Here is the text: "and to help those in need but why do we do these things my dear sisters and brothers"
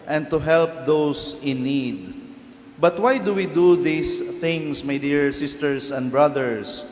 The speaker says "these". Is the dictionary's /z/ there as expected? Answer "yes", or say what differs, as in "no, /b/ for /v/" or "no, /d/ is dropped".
no, /s/ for /z/